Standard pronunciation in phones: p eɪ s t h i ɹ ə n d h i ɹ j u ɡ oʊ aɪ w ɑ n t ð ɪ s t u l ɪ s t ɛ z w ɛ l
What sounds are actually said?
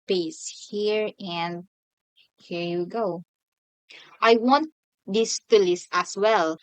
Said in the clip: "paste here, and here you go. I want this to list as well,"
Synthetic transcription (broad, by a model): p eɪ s h i ɹ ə n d h i ɹ j u ɡ oʊ aɪ w ɑ n t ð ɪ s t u l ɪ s ɑ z w ɛ l